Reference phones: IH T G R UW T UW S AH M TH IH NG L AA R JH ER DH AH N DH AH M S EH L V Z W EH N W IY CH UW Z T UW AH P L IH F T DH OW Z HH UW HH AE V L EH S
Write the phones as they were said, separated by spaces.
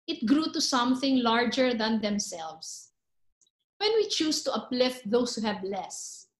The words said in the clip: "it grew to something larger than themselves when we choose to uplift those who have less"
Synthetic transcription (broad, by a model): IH T G R UW T UW S AH M TH IH NG L AA R JH ER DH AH N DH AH M S EH L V S W EH N W IY CH UW S T UW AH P L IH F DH OW S HH UW HH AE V L EH S